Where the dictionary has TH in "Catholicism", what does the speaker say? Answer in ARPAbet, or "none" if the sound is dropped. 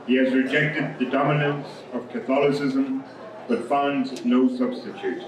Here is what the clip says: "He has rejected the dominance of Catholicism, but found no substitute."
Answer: TH